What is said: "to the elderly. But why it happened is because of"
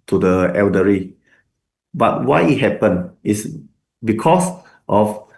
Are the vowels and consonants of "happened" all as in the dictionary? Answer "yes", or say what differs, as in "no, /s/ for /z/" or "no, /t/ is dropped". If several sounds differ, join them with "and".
no, /d/ is dropped